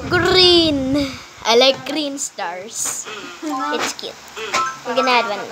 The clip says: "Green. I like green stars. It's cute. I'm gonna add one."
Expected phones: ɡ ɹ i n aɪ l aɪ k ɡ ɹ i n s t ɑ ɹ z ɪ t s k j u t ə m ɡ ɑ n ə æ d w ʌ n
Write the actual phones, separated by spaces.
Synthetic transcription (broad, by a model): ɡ ɹ i n aɪ l aɪ k ɡ ɹ i n s t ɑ ɹ s ɪ t s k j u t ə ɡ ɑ n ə æ d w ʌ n